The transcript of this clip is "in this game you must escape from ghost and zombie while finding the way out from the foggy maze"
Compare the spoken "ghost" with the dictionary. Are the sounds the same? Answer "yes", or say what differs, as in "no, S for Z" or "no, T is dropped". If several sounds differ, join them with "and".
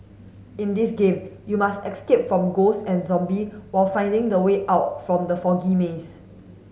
no, T is dropped